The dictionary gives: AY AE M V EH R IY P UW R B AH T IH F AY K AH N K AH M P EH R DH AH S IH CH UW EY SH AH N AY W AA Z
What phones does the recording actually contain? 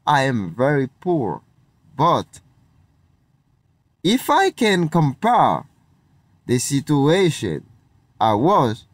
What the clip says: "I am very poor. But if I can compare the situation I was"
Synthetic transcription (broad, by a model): AY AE M V EH R IY P UW R B AH T IH F AY K AH N K AH M P EH R DH AH S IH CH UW EY SH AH N AY W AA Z